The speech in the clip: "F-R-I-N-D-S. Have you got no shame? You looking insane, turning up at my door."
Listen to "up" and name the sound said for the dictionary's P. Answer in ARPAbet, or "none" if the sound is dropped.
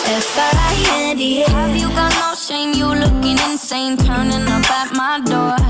B